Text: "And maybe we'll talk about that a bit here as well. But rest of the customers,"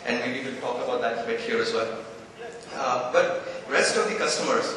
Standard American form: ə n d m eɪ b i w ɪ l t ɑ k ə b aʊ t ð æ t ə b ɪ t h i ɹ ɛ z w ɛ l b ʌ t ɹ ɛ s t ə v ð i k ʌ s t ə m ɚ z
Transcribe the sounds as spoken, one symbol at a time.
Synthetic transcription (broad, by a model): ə n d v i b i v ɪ n t ɑ k ə b aʊ t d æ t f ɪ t h i ɹ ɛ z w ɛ l b ʌ t ɹ ɛ s t ə v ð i k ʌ s t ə m ɚ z